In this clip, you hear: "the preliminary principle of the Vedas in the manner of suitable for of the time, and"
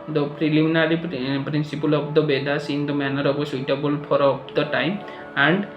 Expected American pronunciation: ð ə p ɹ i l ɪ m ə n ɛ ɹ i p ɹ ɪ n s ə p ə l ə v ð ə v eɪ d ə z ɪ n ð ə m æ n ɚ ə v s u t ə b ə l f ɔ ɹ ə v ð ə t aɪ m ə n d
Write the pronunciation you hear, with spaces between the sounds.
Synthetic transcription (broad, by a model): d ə p ɹ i l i m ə n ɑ ɹ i p ɹ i n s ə p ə l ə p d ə b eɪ d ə s ɪ n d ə m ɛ n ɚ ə b s u t ə b ə l p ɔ ɹ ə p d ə t aɪ m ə n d